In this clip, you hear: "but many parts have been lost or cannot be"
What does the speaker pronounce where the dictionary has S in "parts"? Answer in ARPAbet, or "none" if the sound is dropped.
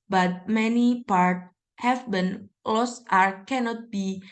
none